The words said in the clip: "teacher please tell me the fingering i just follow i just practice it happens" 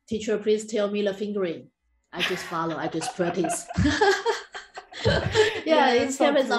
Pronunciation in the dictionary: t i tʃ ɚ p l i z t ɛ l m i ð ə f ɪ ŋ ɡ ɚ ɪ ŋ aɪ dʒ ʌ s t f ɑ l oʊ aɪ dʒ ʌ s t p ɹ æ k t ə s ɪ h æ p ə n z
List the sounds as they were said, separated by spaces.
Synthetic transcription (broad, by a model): t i tʃ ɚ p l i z t ɛ l m i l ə f ɪ ŋ ɡ ɚ ɪ ŋ aɪ dʒ ʌ s t f ɑ l oʊ aɪ dʒ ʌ s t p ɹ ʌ t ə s ɪ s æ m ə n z